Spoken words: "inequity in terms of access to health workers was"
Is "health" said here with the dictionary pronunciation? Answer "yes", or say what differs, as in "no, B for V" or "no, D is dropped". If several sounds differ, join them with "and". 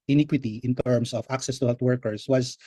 no, T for TH